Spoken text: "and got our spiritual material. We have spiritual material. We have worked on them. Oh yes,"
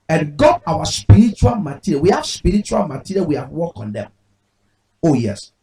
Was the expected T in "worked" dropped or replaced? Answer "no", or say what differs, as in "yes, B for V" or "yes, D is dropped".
yes, T is dropped